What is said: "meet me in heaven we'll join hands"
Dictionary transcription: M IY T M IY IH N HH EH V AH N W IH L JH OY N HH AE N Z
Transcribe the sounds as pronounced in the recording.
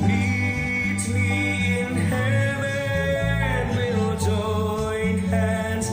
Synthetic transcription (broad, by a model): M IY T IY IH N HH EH W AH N W IH L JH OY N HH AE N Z